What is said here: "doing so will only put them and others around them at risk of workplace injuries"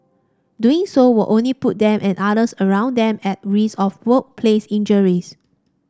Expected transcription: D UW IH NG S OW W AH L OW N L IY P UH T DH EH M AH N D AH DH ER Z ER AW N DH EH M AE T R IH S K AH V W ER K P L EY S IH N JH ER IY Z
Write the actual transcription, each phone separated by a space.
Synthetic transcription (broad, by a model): D UW IH NG S OW W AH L OW N L IY P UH T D EH M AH N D AH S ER ER AW N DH EH M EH T R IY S AH F W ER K P L EY S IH N JH ER IY S